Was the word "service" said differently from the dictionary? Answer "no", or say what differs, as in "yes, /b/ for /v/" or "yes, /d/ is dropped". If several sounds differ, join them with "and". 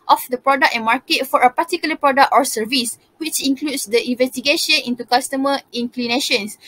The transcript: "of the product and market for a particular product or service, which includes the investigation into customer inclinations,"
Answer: no